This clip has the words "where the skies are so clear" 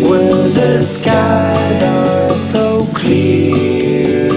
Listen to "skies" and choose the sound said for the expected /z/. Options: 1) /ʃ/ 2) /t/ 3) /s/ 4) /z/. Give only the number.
4